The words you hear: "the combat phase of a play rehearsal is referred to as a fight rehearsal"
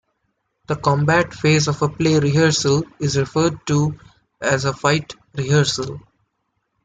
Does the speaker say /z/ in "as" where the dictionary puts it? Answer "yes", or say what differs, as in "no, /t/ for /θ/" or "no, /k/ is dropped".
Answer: yes